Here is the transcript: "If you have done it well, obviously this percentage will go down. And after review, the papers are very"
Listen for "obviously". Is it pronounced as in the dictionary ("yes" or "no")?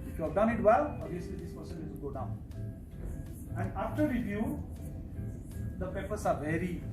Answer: no